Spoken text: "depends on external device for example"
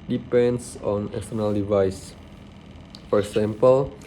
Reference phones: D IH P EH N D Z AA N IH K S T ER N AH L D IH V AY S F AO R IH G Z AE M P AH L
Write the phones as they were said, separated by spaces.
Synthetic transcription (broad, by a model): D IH P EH N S AA N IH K S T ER N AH L D IH V AY S F AO R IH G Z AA M P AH L